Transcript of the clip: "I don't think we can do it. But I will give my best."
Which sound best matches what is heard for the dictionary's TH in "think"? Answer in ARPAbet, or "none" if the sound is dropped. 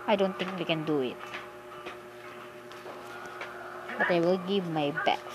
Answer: T